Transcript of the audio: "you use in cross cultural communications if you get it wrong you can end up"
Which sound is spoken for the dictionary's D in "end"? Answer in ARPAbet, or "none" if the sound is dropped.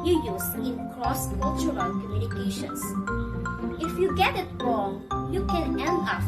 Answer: none